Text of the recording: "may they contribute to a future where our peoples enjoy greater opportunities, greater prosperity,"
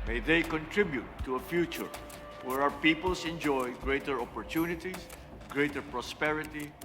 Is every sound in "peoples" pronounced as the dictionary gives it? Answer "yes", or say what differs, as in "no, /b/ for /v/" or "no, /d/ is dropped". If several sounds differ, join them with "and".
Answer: no, /s/ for /z/